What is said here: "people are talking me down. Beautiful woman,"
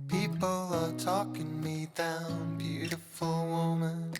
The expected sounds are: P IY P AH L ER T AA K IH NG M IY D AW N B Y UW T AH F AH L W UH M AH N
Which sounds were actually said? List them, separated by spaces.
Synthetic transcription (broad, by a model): P IY P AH L ER T AA K IH NG M IY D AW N B Y UW T AH F AH L W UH M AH N